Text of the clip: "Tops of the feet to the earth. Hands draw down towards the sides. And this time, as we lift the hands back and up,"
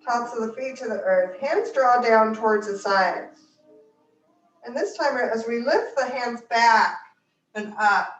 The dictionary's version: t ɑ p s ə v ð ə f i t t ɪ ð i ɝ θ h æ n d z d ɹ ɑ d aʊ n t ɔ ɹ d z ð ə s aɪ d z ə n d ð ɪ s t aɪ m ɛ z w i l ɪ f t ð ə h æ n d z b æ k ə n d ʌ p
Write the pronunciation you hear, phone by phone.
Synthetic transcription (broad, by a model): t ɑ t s ə v ð ə f i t t ɪ ð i ɝ θ h æ n d z d ɹ ɑ d aʊ n t ɔ ɹ d z ð ə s aɪ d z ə n ð ɪ s t aɪ m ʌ z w i l ɪ f t ð ə h æ n d z b æ k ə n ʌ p